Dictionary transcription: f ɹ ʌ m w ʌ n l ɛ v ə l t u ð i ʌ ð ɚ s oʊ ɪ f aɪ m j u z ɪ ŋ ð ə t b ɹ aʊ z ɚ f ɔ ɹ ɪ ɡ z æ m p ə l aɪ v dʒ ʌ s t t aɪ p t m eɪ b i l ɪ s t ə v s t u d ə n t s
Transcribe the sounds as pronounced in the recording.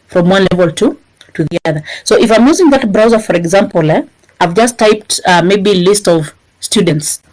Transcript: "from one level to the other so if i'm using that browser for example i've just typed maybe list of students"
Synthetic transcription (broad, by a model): f ɹ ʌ m w ʌ n l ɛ v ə l t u ð i ʌ ð ɚ s oʊ ɪ f aɪ m j u z ɪ ŋ ð ə t b ɹ aʊ z ɚ f ɔ ɹ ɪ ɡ z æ m p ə l aɪ v dʒ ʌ s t t aɪ p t m eɪ b i l ɪ s t ə v s t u d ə n t s